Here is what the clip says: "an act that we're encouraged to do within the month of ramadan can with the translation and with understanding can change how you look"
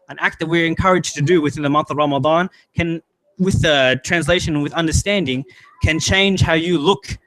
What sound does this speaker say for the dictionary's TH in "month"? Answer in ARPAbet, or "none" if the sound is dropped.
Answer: TH